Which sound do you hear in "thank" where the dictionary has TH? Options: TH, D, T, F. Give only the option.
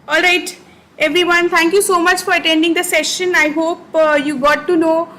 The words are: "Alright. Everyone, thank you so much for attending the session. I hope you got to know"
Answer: T